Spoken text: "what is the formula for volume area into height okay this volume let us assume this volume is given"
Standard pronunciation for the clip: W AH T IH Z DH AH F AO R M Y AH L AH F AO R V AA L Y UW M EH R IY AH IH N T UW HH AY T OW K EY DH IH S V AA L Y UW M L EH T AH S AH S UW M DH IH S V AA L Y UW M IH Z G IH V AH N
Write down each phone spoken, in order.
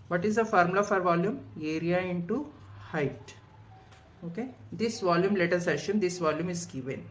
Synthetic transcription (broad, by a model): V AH T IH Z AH F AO R M L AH F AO R V AA L Y UW M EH R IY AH IH N T UW HH AY T OW K EY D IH S V AA L Y UW M L EH T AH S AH SH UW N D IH S V AA L Y UW M IH Z G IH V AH N